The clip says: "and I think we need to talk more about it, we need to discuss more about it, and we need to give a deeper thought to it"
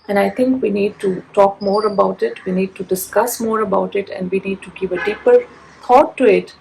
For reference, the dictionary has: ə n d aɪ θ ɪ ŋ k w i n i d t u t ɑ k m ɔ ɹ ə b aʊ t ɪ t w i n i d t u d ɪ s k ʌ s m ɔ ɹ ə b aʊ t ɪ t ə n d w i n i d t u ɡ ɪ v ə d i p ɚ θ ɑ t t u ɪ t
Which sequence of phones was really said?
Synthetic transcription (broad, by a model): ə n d aɪ t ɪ ŋ k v i n i d t u t ɑ k m ɔ ɹ ə b aʊ t ɪ t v i n i d t u d ɪ s k ʌ s m ɔ ɹ ə b aʊ t ɪ t ə n d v i n i d t u ɡ ɪ v ə d i p ɚ t ɑ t t u ɪ t